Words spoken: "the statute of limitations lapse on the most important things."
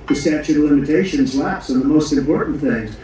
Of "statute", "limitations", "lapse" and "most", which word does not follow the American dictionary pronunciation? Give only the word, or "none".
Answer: none